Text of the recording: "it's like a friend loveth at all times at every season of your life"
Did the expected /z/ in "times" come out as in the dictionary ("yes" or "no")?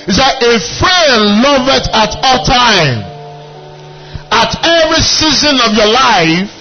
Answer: no